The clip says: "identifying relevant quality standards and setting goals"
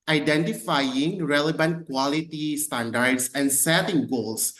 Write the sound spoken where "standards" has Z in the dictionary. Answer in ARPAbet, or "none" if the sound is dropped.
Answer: S